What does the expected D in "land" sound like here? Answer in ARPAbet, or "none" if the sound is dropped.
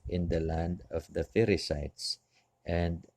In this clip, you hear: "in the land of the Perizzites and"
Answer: D